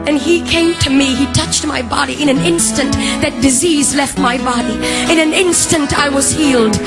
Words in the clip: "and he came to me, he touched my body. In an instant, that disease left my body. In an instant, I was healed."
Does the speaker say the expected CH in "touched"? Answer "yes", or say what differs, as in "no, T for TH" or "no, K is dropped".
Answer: yes